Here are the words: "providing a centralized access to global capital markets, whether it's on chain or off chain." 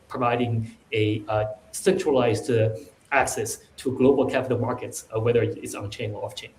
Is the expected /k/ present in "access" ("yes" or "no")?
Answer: yes